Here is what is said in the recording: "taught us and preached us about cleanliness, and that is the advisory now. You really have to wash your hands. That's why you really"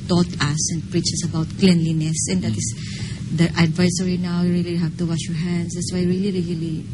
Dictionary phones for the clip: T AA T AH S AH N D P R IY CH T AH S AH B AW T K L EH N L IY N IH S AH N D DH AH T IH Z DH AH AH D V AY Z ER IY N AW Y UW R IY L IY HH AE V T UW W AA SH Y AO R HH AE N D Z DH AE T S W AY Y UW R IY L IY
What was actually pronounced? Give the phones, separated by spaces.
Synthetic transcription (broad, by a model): T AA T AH S AH N D P R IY CH AH S AH B AW T K L EH N L IY N IH S AH N D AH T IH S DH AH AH D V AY S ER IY N AW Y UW R IY L IY HH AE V T UW W AA SH Y AO R HH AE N D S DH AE T S W AY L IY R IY L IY